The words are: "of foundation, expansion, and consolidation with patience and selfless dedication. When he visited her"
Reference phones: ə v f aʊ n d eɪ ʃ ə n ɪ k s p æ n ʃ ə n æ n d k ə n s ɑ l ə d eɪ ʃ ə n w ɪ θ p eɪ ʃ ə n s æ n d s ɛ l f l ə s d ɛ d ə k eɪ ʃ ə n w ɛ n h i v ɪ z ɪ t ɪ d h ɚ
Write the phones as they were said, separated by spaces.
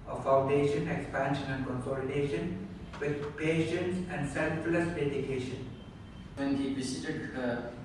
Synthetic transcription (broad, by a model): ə f aʊ n d eɪ ʃ ə n ɪ k s p æ n ʃ ə n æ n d k ə n s ɑ l ə d eɪ ʃ ə n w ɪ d p eɪ ʃ ə n s æ n d s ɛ l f l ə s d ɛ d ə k eɪ ʃ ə n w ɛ n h i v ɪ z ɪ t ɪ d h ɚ